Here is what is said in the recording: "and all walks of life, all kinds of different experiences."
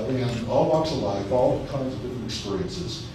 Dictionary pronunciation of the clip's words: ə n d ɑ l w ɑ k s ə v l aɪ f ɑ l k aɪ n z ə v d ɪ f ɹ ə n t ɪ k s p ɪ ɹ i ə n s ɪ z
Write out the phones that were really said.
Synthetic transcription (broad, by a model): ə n ɑ l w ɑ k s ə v l aɪ f ɑ l k aɪ n z ə v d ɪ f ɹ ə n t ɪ k s p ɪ ɹ i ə n s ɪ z